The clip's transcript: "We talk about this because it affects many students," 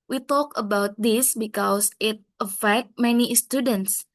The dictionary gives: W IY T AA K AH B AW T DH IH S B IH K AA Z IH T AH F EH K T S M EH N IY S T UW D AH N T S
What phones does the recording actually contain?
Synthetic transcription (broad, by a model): W IY T AA K AH B AW T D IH S B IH K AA S IH T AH F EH K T M EH N IY S T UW D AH N T S